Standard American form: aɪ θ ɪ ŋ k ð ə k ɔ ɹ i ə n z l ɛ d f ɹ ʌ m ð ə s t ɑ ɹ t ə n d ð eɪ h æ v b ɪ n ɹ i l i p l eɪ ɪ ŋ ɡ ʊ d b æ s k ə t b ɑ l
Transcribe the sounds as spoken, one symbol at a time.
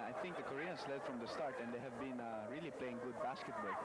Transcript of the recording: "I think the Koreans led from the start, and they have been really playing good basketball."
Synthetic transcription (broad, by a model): aɪ θ ɪ ŋ k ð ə k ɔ ɹ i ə n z l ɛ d f ɹ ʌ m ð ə s t ɑ ɹ t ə n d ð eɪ h æ v b ɪ n ɹ i l i p l eɪ ɪ ŋ ɡ ʊ d b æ s k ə t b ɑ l